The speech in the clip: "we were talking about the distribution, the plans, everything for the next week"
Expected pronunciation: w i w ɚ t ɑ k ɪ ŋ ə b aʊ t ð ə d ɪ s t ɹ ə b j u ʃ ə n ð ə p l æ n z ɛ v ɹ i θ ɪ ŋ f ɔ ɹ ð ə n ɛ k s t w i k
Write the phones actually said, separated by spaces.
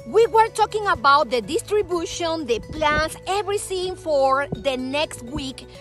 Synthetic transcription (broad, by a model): w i w ɚ t ɑ k ɪ ŋ ə b aʊ t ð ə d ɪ s t ɹ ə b j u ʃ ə n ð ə p l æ n s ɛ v ɹ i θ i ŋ f ɔ ɹ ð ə n ɛ k s t w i k